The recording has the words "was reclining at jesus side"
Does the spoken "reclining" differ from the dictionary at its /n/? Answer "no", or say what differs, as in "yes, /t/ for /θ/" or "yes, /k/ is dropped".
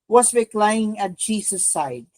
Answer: yes, /n/ is dropped